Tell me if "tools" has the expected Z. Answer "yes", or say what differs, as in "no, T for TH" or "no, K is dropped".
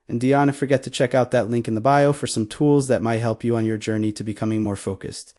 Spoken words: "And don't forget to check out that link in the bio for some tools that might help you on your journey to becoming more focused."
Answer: yes